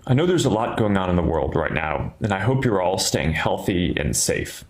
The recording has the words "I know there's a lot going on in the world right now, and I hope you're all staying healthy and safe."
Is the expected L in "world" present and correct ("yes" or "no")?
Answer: yes